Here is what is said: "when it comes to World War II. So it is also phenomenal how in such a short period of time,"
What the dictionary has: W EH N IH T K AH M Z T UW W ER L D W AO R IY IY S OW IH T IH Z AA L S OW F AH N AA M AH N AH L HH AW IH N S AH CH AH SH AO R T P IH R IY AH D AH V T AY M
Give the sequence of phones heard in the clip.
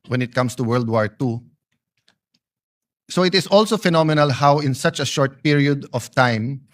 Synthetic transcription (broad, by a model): W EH N IH T K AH M S T UW W ER L D W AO R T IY S OW IH T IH S AA L S OW F AH N AA M AH N AH L HH AW IH N S AH CH AH SH AO R T P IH R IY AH D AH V T AY M